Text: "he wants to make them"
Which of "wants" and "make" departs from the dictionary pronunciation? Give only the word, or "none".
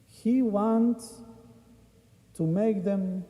wants